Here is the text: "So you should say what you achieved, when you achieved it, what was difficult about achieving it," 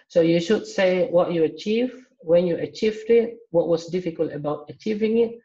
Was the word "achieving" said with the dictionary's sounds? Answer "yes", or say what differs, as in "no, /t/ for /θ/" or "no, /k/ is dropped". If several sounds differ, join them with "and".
yes